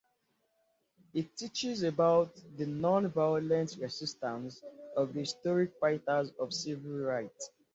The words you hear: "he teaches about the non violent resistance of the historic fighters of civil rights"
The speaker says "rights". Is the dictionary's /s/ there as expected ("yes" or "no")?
no